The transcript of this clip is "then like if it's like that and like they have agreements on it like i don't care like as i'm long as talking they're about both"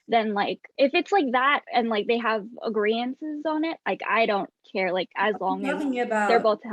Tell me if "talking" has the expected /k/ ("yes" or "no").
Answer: no